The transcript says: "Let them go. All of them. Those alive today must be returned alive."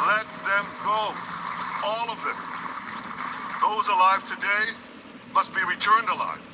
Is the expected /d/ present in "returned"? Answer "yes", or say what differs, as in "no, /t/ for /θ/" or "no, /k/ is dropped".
yes